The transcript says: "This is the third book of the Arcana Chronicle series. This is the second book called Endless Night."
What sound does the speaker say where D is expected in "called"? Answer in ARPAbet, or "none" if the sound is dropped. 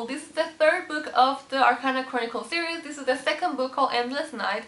none